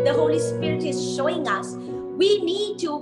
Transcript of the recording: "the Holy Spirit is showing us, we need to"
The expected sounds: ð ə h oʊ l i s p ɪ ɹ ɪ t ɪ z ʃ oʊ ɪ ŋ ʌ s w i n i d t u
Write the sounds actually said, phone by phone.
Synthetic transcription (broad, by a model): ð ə h oʊ l i s p ɪ ɹ ɪ t ɪ z ʃ oʊ ɪ ŋ ʌ s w i n i d t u